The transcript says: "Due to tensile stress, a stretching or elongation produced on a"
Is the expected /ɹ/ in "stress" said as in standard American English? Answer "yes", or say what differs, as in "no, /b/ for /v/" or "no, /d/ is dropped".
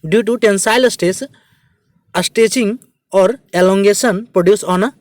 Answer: no, /ɹ/ is dropped